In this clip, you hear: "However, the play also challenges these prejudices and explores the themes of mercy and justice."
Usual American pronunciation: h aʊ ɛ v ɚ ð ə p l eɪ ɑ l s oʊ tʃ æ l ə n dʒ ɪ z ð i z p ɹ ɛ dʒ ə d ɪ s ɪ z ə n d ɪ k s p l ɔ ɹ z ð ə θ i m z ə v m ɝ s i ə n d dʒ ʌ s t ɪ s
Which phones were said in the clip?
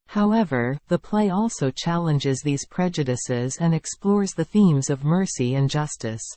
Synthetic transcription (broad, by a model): h aʊ ɛ v ɚ ð ə p l eɪ ɑ l s oʊ tʃ æ l ə n dʒ ɪ z ð i z p ɹ ɛ dʒ ə d ɪ s ɪ z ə n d ɪ k s p l ɔ ɹ z ð ə θ i m z ə v m ɝ s i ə n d dʒ ʌ s t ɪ s